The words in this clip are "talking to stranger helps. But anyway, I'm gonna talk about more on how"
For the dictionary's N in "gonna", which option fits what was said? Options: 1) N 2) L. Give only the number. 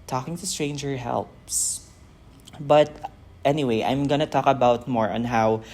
1